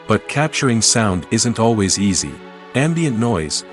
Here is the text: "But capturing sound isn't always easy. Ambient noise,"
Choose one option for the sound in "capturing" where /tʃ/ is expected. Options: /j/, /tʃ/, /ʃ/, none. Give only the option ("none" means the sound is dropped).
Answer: /tʃ/